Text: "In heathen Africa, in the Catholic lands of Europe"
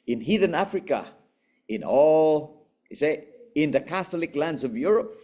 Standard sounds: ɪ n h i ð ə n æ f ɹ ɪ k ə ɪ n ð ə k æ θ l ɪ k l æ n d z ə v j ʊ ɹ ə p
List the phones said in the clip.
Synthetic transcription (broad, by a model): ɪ n h i ð ə n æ f ɹ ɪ k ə ɪ n ð ə k æ θ l ɪ k l æ n d z ə v j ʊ ɹ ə p